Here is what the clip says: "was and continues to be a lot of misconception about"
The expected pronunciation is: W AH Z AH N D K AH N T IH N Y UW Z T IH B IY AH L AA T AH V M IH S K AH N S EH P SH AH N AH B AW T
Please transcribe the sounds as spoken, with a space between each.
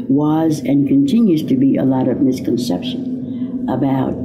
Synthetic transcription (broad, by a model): W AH Z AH N K AH N T IH N Y UW Z T IH B IY AH L AA T AH V M IH S K AH N S EH P SH AH N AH B AW T